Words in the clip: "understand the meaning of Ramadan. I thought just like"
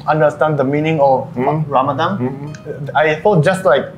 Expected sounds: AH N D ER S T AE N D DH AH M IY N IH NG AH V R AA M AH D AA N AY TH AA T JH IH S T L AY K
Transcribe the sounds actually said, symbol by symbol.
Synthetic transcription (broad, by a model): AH N D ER S T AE N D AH M IY N IH NG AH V R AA M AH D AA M AY F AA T JH IH S T L AY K